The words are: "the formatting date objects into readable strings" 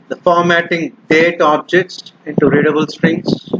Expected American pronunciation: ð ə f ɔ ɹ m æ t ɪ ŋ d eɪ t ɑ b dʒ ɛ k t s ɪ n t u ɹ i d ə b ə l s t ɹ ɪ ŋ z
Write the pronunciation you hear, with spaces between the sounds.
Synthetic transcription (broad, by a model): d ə f ɔ ɹ m æ t ɪ ŋ d eɪ t ɑ b dʒ ɛ k t s ɪ n t u ɹ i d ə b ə l s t ɹ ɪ ŋ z